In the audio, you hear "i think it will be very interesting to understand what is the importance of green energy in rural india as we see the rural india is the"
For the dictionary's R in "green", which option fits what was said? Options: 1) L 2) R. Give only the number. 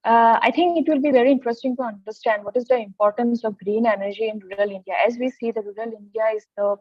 2